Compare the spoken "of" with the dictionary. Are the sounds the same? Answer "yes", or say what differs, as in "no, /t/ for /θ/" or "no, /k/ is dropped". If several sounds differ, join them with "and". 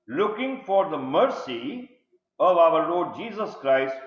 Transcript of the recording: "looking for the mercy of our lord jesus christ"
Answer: yes